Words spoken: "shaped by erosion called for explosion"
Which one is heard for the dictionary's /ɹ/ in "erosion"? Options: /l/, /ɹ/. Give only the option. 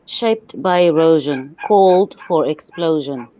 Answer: /ɹ/